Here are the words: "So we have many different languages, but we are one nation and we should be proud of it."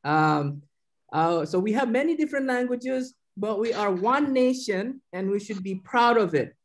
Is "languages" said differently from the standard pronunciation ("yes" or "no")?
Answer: no